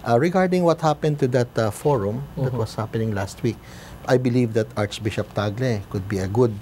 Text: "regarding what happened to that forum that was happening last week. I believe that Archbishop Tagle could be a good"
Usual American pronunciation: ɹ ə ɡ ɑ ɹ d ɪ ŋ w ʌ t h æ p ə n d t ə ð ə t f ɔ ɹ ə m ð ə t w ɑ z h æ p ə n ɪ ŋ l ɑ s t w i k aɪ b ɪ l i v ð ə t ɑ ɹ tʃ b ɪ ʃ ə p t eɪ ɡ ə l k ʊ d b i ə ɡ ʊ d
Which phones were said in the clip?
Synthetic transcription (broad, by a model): ɹ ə ɡ ɑ ɹ d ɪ ŋ w ʌ t h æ p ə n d t ə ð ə t f ɔ ɹ ə m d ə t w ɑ s h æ p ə n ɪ ŋ l ɑ s t w i k aɪ b ɪ l i v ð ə t ɑ ɹ tʃ b ɪ ʃ ə p t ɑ ɡ l k ʊ d b i ə ɡ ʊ d